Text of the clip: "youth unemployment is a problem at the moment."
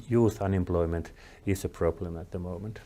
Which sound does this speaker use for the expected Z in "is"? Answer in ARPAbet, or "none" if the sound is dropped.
S